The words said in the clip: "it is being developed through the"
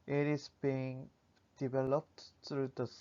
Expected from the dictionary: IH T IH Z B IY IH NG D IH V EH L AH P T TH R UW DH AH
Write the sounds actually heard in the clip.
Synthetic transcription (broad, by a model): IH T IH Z B IY IH NG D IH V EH L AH P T T R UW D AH